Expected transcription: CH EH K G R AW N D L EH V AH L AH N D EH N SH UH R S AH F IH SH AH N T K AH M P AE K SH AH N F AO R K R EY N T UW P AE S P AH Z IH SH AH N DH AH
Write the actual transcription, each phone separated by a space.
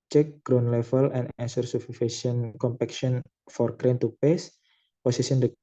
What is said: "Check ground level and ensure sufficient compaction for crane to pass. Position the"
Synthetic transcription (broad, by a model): CH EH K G R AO N L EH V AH L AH N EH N S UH R S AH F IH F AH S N K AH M P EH K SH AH N F AO R K R EY N T UW P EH S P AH S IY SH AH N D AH